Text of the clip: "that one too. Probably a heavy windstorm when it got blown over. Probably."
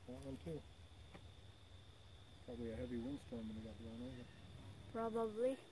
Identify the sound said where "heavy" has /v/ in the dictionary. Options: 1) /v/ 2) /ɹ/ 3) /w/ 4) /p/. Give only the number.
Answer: 1